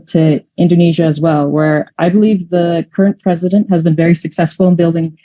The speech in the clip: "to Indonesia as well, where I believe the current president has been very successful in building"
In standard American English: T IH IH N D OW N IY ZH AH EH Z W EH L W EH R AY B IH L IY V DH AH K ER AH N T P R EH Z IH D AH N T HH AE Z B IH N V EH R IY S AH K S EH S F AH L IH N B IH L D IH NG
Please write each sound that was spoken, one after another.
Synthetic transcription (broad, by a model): T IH IH N D OW N IY ZH AH Z W EH L W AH R AY B IH L IY V DH AH K ER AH N P R EH Z IH D AH N T HH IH Z B IH N V EH R IY S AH K S EH S F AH L IH N B IH L D IH NG